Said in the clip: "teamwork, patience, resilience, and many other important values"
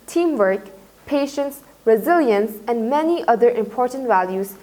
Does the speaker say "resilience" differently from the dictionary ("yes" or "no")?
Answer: no